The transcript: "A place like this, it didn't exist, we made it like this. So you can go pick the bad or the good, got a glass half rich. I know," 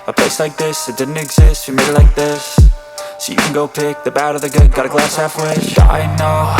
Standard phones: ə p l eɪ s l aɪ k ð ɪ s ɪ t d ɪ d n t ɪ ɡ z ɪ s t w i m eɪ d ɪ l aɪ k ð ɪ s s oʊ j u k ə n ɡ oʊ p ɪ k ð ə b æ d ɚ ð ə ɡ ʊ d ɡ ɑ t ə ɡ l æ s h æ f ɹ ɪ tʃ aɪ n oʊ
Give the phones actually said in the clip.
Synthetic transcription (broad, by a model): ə p l eɪ s l aɪ k ð ɪ s ɪ t d ɪ d n t ɪ ɡ z ɪ s t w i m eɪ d ɪ l aɪ k ð ɪ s s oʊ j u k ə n ɡ oʊ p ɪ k ð ə b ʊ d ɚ ð ə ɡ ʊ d ɡ ɑ t ə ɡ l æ s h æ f w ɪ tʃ aɪ n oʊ